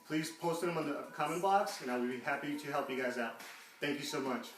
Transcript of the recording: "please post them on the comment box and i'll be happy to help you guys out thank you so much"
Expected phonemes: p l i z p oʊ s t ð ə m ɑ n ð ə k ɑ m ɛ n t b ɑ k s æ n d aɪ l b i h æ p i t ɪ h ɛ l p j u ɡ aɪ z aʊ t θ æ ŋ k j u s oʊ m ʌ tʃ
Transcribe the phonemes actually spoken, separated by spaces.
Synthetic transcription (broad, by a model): p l i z p oʊ s t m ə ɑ n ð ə k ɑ m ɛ n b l ɑ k s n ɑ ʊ w b i h æ p i t ɪ h ɛ l p j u ɡ aɪ z aʊ t θ æ ŋ k j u s oʊ m ʌ tʃ